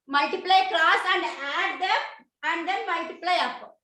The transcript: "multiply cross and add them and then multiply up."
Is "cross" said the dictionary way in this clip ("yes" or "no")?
no